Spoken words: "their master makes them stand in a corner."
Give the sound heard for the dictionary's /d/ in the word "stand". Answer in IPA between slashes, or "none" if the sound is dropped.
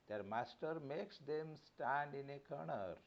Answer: /d/